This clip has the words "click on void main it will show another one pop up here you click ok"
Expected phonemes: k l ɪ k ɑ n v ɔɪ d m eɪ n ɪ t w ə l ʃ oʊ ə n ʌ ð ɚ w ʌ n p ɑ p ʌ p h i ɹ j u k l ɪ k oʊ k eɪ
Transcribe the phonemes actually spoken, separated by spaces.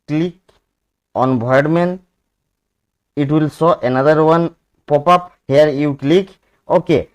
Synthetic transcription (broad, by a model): k l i k ɑ n b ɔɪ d m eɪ n ɪ t w ə l s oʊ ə n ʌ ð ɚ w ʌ n p ɑ p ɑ p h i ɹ j u k l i k oʊ k eɪ